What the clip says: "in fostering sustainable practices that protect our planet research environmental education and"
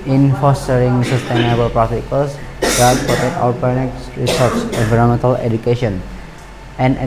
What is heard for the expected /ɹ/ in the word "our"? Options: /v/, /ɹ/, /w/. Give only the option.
/w/